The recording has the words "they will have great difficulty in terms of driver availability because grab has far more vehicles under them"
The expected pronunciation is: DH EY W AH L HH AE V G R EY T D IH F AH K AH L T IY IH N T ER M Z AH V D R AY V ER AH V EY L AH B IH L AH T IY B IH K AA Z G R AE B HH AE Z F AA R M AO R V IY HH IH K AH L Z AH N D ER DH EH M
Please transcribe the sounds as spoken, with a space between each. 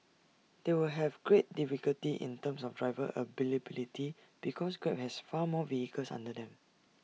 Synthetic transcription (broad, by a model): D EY W AH L HH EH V G R EY T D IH F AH K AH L T IY IH N T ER M S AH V D R AY V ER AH B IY L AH B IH L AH T IY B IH K AA S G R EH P HH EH S F AA M AO V IY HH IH K AH L S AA N D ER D EH M